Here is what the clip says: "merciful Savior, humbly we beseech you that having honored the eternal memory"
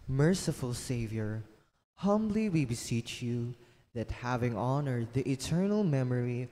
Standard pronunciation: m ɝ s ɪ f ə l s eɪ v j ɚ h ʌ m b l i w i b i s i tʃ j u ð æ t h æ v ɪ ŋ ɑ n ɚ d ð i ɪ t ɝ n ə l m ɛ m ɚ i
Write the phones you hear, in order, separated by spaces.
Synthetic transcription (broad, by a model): m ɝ s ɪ f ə l s eɪ v j ɚ h ʌ m b l i w i b i s i tʃ j u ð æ t h æ v ɪ ŋ ɑ n ɚ d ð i ɪ t ɝ n ə l m ɛ m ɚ i